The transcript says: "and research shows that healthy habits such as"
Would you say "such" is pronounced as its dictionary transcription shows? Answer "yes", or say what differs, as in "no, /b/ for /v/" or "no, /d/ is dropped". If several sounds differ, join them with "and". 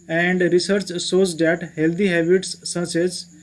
no, /s/ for /tʃ/